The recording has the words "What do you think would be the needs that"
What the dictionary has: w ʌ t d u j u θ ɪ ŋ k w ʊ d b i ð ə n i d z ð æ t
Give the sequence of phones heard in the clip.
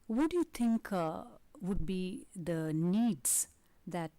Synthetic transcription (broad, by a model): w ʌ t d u j u t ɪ ŋ k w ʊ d b i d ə n i d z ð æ t